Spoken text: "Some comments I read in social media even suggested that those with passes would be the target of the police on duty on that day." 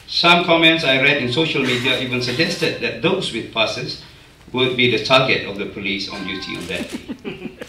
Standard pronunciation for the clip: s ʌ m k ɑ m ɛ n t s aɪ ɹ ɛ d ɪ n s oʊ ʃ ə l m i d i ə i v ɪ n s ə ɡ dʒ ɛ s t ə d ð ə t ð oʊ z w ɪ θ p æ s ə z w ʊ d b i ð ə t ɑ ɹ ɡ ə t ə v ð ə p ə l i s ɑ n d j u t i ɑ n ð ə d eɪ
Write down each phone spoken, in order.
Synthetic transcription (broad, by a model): s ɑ m k ɑ m ɛ n t s aɪ ɹ ɛ d ɪ n s oʊ ʃ ə l m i d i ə i v ɪ n s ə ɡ dʒ ɛ s t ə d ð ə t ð oʊ s w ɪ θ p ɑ s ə s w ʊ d b i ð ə t ɑ ɡ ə t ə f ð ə p ə l i s ɑ n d j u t i ɑ n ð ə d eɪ